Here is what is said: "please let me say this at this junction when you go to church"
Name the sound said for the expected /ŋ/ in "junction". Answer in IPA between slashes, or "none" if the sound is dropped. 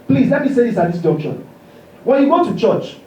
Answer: none